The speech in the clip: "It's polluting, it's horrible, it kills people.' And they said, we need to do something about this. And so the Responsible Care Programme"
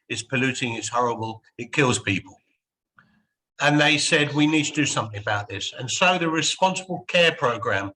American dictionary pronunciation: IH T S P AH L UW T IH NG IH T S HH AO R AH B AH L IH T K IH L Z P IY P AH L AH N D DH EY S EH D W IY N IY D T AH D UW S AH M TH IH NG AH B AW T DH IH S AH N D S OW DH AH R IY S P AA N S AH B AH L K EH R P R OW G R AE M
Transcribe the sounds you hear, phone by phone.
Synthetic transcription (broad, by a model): IH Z P AH L UW T IH NG IH T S HH AO R AH B AH L IH T K IH L Z P IY P AH L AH N DH EY S EH D W IY N IY D T AH D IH S AH M TH IH NG AH B AW T DH IH S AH N S OW DH AH R IY S P AA N S AH B AH L K EH P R OW G R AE M